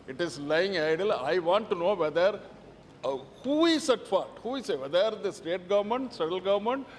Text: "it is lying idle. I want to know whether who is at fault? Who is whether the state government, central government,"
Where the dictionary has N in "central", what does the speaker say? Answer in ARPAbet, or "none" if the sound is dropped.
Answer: none